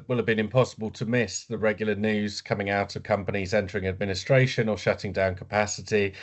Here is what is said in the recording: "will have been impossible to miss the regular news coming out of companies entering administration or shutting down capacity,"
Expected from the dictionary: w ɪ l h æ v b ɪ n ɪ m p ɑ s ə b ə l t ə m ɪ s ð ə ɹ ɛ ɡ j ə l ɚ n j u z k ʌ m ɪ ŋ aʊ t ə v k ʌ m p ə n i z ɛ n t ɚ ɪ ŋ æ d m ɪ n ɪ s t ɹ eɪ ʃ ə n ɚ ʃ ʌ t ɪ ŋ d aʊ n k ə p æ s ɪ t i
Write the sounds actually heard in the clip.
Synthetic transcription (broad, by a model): w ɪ l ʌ v b ɪ n ɪ m p ɑ s ə b ə l t ə m ɪ s ð ə ɹ ɛ ɡ j l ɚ n j u z k ʌ m ɪ ŋ aʊ t ə v k ʌ m p ə n i z ɛ n t ɚ ɪ ŋ æ d m ɪ n ɪ s t ɹ eɪ ʃ ə n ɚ ʃ ʌ t ɪ ŋ d aʊ n k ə p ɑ s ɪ t i